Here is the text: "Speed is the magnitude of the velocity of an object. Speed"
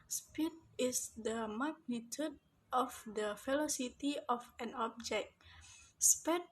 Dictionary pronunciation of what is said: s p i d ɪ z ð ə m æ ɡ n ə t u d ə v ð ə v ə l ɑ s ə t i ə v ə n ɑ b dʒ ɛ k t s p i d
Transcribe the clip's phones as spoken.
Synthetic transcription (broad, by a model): s p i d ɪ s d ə m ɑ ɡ n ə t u d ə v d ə f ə l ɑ s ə t i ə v ə n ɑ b dʒ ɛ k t s p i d